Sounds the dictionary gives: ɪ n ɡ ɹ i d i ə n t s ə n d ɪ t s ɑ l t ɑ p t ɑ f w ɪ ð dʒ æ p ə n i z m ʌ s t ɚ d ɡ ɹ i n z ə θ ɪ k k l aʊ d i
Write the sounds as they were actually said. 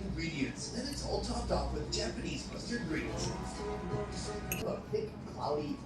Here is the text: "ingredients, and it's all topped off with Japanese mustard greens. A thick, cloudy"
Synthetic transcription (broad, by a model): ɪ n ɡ ɹ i d i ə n t s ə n ɪ t s ɑ l t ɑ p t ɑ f w ɪ ð dʒ æ p ə n i z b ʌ s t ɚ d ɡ ɹ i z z ə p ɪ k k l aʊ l i